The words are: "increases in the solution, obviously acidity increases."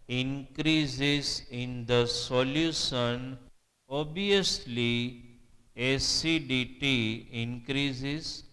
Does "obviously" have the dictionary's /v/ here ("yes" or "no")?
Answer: no